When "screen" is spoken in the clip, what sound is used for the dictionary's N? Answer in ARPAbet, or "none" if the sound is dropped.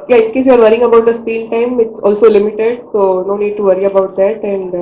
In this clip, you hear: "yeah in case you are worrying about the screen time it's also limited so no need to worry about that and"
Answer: L